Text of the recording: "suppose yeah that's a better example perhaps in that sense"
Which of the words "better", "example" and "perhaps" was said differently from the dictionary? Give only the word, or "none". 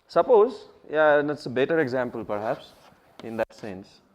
none